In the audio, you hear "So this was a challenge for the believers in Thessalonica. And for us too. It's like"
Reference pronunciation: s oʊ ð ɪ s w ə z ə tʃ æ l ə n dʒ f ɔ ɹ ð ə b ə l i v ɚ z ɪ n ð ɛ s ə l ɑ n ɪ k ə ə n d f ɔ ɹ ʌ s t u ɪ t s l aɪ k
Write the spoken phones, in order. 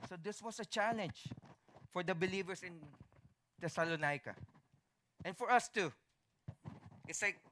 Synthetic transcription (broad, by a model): s oʊ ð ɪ s w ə s ə tʃ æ l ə n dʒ f ɔ ɹ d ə b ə l i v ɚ s ɪ n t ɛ s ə l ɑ n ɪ k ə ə n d f ɔ ɹ ʌ s t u ɪ t s l aɪ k